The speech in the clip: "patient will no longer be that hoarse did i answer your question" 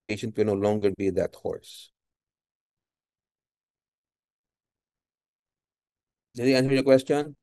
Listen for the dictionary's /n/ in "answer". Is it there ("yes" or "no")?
yes